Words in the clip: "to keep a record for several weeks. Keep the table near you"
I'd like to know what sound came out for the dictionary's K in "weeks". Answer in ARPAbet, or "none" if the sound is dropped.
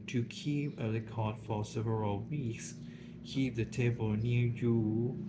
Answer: K